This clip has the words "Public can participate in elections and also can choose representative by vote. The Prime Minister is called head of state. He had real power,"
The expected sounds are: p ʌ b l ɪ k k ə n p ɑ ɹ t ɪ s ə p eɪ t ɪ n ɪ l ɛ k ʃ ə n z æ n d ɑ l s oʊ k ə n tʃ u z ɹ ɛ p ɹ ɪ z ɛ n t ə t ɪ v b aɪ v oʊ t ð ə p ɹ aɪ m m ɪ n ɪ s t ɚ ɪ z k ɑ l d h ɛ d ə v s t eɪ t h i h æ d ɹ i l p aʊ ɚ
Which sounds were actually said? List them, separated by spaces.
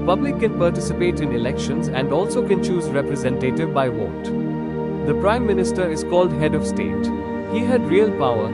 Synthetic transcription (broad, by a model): p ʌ b l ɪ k k ə n p ɑ ɹ t ɪ s ə p eɪ t ɪ n ɪ l ɛ k ʃ ə n z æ n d ɑ l s oʊ k ə n tʃ u z ɹ ɛ p ɹ ɪ z ɛ n t ə t ɪ v b aɪ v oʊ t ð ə p ɹ aɪ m m ɪ n ɪ s t ɚ ɪ z k ɑ l d h ɛ d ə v s t eɪ t h i h æ d ɹ i l p aʊ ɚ